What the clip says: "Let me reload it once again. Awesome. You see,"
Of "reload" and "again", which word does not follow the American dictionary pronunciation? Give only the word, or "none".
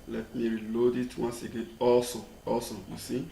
none